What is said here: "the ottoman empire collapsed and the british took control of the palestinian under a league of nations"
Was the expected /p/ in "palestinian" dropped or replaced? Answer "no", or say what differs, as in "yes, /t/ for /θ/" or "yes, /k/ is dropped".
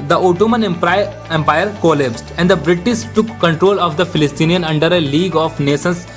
yes, /f/ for /p/